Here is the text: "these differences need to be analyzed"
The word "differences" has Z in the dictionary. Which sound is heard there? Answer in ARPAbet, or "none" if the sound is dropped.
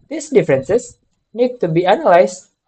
S